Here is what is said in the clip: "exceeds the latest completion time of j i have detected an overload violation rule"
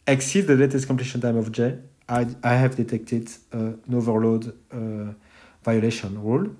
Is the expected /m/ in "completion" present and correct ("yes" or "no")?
no